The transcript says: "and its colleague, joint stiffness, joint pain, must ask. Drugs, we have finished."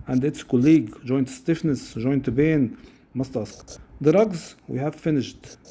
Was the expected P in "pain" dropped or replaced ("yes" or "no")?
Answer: yes